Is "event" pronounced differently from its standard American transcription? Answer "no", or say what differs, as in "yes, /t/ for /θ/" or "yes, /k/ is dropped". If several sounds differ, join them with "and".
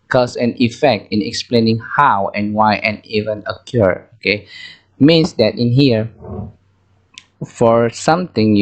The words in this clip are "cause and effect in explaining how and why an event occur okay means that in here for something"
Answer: yes, /t/ is dropped